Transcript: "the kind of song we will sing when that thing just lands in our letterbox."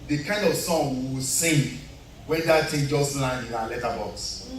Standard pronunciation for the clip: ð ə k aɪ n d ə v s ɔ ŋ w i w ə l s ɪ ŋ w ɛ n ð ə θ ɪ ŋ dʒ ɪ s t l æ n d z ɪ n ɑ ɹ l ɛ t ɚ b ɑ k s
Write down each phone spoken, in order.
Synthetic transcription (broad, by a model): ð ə k aɪ n d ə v s ɔ ŋ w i s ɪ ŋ w ɛ n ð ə t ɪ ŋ dʒ ɪ s t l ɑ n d ɪ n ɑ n l ɛ t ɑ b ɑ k s